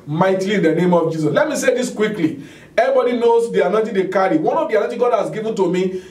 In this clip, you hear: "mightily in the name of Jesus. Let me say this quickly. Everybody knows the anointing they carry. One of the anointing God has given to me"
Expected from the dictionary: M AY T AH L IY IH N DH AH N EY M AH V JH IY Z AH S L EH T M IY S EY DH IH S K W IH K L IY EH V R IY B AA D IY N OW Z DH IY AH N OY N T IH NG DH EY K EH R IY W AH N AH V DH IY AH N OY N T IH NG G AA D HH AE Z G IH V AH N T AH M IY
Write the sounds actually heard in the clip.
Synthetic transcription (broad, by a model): M AY T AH L IY IH N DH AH N EY M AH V JH IY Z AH S L EH T M IY S EY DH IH S K W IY K L IY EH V IY B AA D IY N OW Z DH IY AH N OY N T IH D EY K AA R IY W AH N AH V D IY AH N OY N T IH G AA D HH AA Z G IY V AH N T AH M IY